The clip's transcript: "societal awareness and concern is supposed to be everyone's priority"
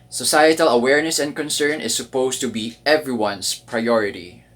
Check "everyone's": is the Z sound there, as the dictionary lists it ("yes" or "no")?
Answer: no